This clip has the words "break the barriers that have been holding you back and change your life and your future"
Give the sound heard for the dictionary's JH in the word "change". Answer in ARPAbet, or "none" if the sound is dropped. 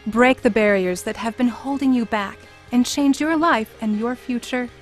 JH